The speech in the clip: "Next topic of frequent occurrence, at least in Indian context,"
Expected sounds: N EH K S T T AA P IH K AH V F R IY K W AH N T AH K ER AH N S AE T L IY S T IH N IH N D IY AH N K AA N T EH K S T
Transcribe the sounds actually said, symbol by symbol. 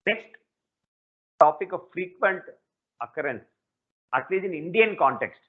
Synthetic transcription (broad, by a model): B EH S T T AA P IH K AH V F R IY K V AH N T AH K ER AH N S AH T L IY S IH N IH N D IY AH N K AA N T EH K S T